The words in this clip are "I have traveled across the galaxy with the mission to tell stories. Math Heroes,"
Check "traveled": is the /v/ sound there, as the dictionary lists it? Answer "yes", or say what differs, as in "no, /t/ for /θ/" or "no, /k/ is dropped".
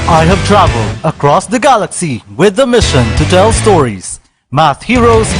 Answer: yes